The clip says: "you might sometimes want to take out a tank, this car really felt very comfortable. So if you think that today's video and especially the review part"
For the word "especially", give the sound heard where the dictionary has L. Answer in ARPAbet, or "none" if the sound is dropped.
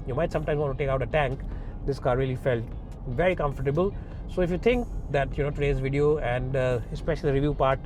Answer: none